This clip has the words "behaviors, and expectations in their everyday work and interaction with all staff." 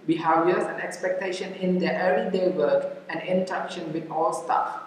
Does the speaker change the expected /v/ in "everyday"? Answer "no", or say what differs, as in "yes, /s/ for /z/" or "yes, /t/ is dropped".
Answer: yes, /v/ is dropped